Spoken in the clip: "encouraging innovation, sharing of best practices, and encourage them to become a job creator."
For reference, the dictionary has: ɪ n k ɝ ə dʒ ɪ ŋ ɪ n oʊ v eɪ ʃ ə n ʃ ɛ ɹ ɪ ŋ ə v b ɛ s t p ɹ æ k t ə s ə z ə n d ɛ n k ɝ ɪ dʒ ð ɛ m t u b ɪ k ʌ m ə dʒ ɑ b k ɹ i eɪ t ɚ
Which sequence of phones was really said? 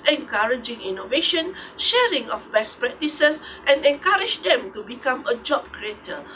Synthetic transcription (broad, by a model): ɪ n k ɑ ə dʒ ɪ ŋ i n oʊ v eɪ ʃ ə n ʃ ɛ ɹ ɪ ŋ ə f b ɛ s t p ɹ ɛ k t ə s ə s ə n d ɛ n k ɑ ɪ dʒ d ɛ m t u b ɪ k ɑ m ə dʒ ɑ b k ɹ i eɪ t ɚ